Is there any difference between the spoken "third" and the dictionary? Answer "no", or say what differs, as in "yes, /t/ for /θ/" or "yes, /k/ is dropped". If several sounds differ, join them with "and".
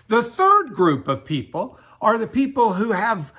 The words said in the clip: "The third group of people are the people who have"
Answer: no